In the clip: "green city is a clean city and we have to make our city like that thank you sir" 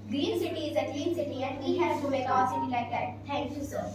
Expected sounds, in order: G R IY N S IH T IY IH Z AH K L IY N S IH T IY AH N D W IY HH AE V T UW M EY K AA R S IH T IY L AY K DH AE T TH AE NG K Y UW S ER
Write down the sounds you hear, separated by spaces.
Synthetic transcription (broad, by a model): G R IY N S IH T IY IH Z AH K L IY N S IH T IY AH N D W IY HH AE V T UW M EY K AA L S IH T IY L AY K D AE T T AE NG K Y UW S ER